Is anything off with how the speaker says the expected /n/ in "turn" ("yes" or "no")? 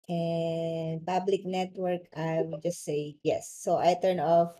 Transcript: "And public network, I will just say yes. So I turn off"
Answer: no